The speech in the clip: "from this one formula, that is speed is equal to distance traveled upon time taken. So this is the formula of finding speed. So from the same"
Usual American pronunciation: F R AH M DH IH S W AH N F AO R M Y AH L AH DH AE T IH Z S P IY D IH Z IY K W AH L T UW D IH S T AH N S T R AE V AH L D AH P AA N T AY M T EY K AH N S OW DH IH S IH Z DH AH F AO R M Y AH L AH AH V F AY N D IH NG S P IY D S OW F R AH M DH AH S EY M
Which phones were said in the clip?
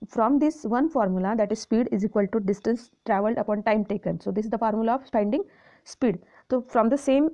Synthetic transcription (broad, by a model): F R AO M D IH S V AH N F AO R M Y AH L AH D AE T IH Z S P IY D IH Z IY K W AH L T UW D IH S T AH N S T R AE V AH L D AH P AA N T AY M T EY K AH N S OW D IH S IH Z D AH F AO R M Y AH L AH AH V P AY N D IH NG S P IY D S OW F R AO M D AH S EY M